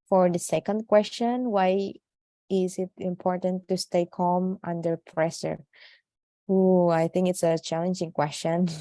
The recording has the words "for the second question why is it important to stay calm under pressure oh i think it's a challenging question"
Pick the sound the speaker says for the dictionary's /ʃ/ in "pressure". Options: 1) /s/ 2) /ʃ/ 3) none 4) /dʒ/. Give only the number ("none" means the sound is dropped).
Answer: 1